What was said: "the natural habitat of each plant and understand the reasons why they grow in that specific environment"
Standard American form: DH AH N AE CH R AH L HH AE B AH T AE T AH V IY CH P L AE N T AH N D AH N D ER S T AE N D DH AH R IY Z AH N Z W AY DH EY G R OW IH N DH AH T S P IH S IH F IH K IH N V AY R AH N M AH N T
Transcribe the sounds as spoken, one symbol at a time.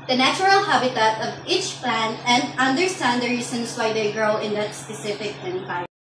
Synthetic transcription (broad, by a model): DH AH N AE CH R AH L HH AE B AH T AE T AH V IY CH P L AE N T AH N D AH N D ER S T AE N D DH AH R IY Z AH N S W AY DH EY G R OW IH N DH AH T S P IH S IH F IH K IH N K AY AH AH